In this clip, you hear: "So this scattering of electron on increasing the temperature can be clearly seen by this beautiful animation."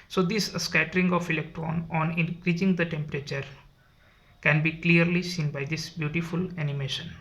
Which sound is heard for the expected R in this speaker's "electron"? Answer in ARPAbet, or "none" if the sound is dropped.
R